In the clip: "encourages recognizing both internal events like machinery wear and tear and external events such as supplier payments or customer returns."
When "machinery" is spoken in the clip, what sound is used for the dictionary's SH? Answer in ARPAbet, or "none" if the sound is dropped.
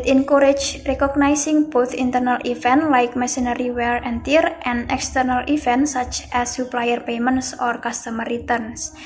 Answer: S